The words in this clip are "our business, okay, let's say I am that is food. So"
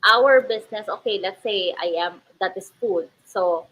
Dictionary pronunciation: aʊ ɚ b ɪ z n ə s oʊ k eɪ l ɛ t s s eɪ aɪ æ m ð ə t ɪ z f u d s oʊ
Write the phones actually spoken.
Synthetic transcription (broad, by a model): aʊ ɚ b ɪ s n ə s oʊ k eɪ l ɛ t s s eɪ aɪ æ m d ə t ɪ s f u d s oʊ